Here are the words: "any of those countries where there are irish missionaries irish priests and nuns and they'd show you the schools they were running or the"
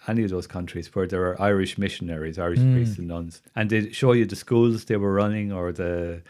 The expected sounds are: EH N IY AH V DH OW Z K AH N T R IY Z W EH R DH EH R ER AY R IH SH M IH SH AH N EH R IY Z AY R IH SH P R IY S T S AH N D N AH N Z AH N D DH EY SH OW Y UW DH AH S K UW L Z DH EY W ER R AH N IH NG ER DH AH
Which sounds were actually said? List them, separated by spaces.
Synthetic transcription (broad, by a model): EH N IY AH V DH OW Z K AH N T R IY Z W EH R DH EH R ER AY R IH SH M IH SH AH N EH R IY Z AY R IH SH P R IY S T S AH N N AH N Z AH N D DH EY SH OW Y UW DH AH S K UW L Z DH EY W ER R AH N IH NG ER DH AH